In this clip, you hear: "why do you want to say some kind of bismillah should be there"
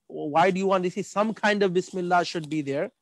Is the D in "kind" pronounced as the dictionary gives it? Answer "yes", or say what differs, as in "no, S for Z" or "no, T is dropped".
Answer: yes